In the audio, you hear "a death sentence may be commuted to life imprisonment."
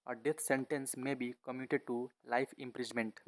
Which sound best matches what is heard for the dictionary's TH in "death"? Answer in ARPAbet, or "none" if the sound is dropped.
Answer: T